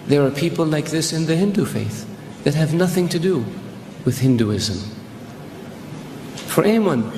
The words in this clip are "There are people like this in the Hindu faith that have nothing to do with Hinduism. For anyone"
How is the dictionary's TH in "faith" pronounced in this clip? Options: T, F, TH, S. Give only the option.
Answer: TH